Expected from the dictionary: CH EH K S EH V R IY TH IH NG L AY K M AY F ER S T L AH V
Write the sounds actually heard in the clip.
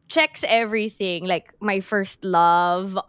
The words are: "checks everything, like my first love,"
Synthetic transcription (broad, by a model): CH EH K S EH V R IY TH IH NG L AY K M AY F ER S T L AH V